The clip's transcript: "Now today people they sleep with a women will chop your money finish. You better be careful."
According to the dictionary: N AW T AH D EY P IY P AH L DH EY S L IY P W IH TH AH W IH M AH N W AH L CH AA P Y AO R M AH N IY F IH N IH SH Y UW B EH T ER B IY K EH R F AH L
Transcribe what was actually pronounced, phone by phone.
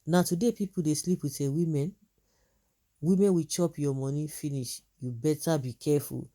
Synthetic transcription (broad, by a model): N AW T AH D EY P IY P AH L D EY S L IY P W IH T AH W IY M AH N W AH W CH AA P Y AO M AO N IY F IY N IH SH Y UW B EH T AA B IY K EH F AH L